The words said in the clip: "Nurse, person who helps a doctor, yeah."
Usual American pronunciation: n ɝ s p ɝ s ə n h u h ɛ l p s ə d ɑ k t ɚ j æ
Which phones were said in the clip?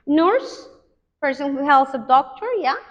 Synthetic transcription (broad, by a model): n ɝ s p ɝ s ə n h u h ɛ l s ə d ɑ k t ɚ j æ